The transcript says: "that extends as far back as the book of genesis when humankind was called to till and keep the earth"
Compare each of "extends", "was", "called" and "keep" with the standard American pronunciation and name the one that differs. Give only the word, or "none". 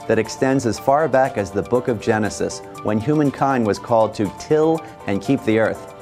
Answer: none